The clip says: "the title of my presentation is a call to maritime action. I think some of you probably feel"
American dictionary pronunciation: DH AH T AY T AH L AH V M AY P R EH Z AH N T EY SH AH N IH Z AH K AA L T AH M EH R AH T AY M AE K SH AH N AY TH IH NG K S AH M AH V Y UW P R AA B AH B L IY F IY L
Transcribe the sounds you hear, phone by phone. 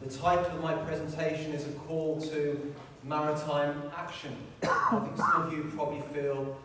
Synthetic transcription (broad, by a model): DH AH T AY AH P AH V M AY P R EH Z AH N T EY SH AH N IH Z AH K AA L T AH M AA R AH T AY M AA K SH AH N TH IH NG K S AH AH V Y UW P R AA B AH B L IY F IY L